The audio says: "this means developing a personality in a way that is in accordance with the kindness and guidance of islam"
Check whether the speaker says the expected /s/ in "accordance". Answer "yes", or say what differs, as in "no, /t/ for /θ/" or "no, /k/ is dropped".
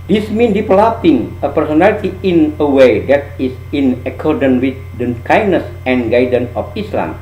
no, /s/ is dropped